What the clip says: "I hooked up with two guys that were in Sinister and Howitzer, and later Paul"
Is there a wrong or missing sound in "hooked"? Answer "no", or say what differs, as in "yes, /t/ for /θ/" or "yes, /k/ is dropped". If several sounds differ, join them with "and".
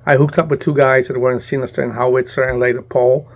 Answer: no